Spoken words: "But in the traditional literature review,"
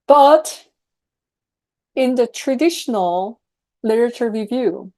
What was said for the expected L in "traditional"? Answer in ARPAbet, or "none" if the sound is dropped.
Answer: L